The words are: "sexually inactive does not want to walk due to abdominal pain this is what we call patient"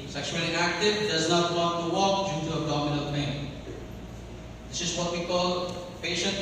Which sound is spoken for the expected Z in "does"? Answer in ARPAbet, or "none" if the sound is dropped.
Z